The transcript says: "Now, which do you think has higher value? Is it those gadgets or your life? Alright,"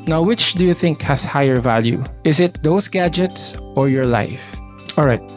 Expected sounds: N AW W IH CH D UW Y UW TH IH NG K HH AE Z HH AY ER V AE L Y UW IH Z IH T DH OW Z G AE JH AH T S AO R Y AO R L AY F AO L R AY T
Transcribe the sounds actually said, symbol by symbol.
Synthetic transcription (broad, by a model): N AW W IH CH D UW Y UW TH IH NG K HH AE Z HH AY ER V AE L Y UW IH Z IH T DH OW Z G AE JH AH T S AO R Y AO R L AY F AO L R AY T